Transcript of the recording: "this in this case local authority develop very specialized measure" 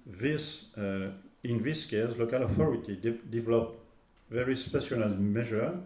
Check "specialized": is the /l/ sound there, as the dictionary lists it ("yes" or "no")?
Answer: no